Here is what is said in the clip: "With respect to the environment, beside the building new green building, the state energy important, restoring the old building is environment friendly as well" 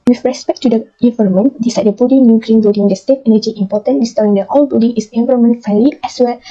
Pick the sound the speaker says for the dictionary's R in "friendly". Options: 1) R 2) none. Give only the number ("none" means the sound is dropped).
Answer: 2